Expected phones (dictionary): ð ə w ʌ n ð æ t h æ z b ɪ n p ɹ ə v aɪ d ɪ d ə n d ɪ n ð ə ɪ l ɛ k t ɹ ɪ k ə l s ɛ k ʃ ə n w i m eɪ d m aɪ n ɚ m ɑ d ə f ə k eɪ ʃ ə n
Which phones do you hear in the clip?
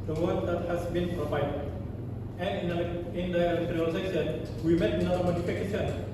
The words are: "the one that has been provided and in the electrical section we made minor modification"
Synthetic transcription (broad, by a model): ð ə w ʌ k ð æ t h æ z b ɪ n p ɹ ə v aɪ d ɪ d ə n ɪ n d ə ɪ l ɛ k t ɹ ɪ ə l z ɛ ʃ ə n w i m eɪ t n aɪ ɚ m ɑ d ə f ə k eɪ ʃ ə n